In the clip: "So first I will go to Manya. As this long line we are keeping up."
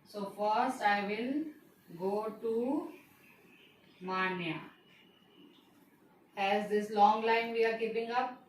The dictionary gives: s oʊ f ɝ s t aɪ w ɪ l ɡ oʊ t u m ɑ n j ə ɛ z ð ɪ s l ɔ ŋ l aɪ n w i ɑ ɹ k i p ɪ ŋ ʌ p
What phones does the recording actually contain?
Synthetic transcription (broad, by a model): s oʊ f ɝ s t aɪ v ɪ l ɡ oʊ t u m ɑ n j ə ɛ z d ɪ s l ɔ ŋ l aɪ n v i ɑ ɹ k i p ɪ ŋ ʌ p